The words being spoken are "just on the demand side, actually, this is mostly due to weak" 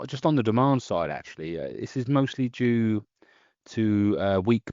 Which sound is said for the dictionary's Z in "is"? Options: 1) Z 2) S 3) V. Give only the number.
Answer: 1